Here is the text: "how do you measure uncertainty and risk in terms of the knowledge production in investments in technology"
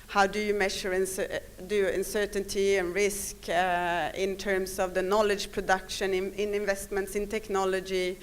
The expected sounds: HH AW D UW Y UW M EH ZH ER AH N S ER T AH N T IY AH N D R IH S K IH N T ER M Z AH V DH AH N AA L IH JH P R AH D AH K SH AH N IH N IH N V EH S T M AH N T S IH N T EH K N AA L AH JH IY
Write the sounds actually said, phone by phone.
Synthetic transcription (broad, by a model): HH AW D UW Y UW M EH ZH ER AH N S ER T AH N T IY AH N R IH S K IH N T ER M S AH V DH AH N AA L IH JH P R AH D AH K SH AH N IH N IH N V EH S T M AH N T S IH N T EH K N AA L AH JH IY